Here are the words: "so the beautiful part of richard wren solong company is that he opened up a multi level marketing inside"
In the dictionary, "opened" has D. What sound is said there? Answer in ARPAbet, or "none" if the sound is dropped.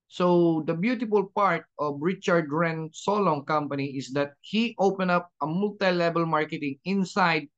none